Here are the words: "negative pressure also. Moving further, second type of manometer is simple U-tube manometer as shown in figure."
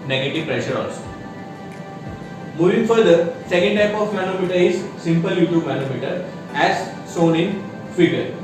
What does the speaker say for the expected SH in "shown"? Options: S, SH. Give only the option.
S